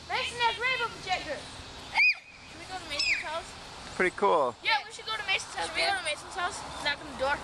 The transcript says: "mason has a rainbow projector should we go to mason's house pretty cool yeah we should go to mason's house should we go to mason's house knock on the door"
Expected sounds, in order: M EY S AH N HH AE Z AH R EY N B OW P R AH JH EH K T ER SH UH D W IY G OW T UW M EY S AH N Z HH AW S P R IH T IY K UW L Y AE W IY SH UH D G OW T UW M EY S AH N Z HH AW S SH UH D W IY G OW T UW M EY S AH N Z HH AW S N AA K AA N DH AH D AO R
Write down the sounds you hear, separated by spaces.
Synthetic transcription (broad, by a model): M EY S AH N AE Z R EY B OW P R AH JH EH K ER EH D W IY G OW T UW M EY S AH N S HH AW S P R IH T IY K UW L Y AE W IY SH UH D G OW T UW M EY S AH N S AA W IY G OW T UW M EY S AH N S HH AW S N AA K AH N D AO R